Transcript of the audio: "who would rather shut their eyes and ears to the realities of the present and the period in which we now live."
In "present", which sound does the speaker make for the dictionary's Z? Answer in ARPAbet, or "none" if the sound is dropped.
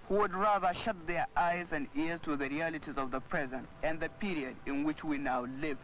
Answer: Z